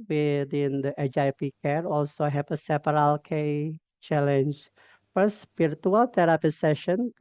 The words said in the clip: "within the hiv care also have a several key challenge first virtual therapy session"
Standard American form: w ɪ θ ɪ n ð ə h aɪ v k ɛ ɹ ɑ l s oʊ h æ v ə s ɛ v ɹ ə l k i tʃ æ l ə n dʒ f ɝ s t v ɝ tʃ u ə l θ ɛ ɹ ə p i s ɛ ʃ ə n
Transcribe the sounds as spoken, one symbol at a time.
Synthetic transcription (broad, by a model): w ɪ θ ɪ n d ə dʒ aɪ p k ɛ ɹ ɑ l s oʊ h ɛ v ə s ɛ p ɹ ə l k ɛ tʃ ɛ l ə n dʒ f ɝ s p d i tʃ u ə l t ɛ ɹ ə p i s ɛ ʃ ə n